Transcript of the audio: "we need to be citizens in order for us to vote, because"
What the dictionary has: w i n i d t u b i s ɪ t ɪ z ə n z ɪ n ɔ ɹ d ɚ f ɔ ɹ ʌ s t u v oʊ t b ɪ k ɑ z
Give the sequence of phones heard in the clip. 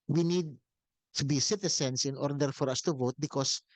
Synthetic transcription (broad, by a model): w i n i d t u b i s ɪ t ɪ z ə n s ɪ n ɔ ɹ d ɚ f ɔ ɹ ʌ s t u v oʊ t b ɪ k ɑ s